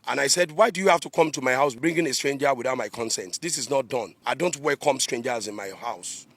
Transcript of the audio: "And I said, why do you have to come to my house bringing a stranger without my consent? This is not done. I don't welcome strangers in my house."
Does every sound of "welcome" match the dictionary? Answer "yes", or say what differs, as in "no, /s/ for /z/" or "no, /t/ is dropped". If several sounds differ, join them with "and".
no, /l/ is dropped